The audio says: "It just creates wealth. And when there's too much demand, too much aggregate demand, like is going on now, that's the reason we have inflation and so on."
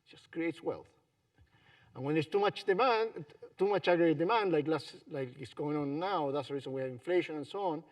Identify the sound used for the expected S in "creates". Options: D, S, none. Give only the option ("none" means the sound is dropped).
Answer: S